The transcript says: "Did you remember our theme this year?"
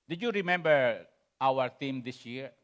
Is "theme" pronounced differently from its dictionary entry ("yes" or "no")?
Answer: yes